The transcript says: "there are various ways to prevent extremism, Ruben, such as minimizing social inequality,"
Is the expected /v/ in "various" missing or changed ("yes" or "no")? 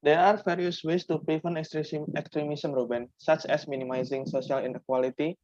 yes